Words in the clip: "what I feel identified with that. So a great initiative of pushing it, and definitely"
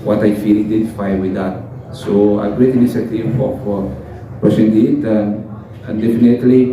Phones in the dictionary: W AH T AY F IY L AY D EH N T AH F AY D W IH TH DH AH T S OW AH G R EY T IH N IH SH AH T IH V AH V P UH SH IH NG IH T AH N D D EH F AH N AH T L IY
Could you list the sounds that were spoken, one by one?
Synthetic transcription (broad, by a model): W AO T AY F IY L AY D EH N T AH F AY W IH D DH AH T S OW AH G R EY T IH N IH S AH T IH F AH F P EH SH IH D IH T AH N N D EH F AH N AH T L IY